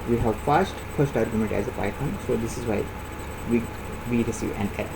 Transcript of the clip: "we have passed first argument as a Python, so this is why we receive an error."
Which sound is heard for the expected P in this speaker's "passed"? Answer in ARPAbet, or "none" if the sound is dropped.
F